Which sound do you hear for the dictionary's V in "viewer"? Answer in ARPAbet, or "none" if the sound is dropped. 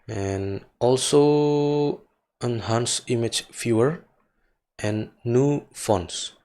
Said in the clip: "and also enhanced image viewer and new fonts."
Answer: F